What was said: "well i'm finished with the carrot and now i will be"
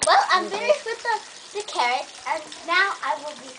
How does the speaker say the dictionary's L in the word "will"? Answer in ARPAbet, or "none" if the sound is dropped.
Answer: L